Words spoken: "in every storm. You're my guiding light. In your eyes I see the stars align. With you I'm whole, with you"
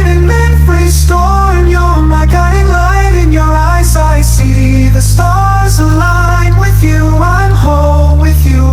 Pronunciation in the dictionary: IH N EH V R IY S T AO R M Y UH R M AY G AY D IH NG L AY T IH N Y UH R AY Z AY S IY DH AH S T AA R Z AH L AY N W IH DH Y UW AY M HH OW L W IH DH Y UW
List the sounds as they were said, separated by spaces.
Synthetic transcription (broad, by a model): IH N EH F R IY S T AO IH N Y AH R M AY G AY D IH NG L AY T IH N Y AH R AY Z AY S IY DH AH S T AA R Z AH L AY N W IH DH Y UW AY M HH OW L W IH DH Y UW